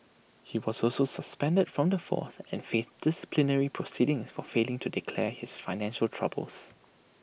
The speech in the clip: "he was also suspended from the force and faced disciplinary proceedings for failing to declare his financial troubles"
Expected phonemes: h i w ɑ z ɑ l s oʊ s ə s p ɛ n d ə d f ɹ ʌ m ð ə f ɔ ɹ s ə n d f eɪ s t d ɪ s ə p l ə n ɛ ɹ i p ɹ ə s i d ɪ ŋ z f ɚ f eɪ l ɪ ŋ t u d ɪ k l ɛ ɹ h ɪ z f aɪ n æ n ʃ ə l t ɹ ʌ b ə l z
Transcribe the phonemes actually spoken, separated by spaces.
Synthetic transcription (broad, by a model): h i w ɑ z ɑ l s oʊ s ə s p ɛ n d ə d f ɹ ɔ m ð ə f ɔ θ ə n f eɪ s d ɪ s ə p l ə n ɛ ɹ i p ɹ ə s i d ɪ ŋ s f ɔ f eɪ l ɪ ŋ t u d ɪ k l ɛ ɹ h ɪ s f aɪ n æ n ʃ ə l t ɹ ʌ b ə l s